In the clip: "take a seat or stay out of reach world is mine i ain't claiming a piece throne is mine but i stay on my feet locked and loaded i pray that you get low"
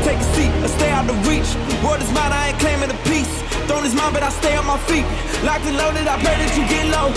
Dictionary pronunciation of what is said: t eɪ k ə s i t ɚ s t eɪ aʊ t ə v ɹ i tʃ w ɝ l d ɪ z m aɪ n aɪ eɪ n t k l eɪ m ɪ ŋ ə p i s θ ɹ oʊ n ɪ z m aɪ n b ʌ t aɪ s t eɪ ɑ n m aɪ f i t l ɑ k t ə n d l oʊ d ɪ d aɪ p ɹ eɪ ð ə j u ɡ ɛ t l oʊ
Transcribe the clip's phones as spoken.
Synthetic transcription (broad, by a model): t eɪ k ə s i t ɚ s t eɪ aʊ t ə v ɹ i tʃ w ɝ d ɪ z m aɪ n aɪ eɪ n k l eɪ m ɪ ə p i s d oʊ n ɪ z m aɪ n b ʌ t aɪ s t eɪ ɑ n m aɪ f i t l ɑ k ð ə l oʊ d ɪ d aɪ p l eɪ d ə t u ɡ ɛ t l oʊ